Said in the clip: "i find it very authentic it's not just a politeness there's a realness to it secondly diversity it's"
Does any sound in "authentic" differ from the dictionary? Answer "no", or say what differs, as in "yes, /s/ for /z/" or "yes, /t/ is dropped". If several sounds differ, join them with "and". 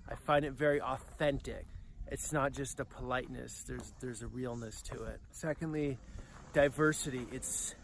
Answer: no